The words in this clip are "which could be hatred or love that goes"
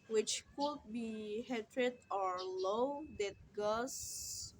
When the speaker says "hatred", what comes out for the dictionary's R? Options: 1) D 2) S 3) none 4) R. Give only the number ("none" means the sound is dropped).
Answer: 4